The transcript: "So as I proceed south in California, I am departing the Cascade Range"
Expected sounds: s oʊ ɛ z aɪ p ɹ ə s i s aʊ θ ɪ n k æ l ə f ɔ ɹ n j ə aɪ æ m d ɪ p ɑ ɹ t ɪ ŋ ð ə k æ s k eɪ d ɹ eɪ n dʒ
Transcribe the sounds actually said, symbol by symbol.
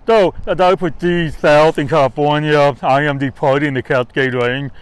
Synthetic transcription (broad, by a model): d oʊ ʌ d aɪ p ə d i s aʊ θ ɪ n k æ l ə f ɔ ɹ n j ə aɪ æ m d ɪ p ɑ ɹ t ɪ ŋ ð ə k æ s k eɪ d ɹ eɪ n